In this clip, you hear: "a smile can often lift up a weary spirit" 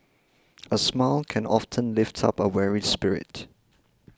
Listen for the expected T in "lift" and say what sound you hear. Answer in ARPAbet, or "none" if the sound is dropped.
T